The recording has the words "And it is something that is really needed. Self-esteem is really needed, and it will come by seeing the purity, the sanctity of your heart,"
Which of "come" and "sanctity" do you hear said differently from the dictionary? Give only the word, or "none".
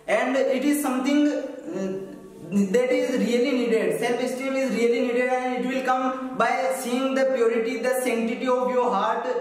sanctity